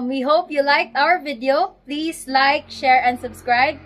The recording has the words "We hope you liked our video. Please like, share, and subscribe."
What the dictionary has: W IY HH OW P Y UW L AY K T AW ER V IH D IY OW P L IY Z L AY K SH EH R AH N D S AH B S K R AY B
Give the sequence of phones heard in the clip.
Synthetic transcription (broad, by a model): W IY HH OW P Y UW L AY K T AW ER V IH D IY OW P L IY S L AY K SH EH R AH N D S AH B S K R AY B